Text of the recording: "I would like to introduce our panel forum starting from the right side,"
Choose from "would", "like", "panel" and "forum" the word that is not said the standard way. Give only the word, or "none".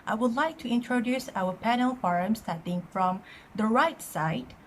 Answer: none